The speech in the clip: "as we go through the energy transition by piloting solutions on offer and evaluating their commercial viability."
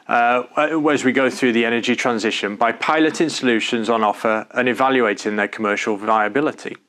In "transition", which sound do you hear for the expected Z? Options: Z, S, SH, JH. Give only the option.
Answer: Z